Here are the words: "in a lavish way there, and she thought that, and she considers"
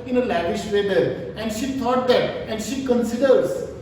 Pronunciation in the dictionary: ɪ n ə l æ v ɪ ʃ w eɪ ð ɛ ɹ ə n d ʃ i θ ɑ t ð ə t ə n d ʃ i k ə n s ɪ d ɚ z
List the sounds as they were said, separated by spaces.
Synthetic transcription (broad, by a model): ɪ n ə l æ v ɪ ʃ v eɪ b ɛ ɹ ə n d ʃ i t ɑ t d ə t ə n d ʃ i k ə n s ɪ d ɚ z